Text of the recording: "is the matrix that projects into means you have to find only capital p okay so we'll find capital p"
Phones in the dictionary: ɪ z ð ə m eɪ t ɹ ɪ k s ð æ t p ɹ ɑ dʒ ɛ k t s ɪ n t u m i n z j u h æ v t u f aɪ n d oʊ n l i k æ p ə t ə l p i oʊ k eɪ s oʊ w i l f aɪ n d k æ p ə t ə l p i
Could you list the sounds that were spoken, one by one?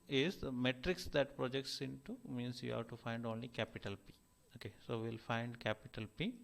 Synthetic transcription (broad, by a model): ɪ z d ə m eɪ t ɹ ɪ k s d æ t p ɹ ɑ dʒ ɛ k t s ɪ n t u m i n s j u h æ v t u f aɪ n d oʊ n l i k æ p ə t ə l p i oʊ k eɪ s oʊ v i l f aɪ n d k æ p ə t ə l p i